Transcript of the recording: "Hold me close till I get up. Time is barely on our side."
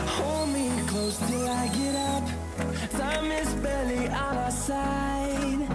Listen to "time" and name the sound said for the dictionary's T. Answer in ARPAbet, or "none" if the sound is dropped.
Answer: S